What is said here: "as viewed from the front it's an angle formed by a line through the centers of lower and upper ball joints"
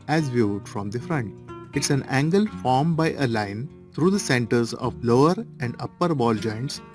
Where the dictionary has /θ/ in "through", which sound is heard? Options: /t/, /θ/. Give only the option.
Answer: /t/